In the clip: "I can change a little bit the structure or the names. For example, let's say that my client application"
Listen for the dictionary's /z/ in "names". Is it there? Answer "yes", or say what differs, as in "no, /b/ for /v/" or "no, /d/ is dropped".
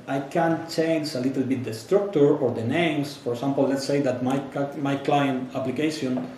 no, /s/ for /z/